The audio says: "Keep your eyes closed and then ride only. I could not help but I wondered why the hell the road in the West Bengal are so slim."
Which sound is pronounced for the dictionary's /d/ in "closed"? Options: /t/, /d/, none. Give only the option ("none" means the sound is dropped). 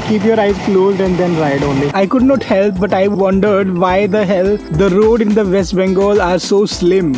/d/